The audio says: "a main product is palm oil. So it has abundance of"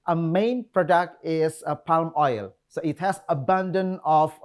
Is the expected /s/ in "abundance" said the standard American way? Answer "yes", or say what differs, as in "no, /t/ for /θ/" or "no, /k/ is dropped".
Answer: no, /s/ is dropped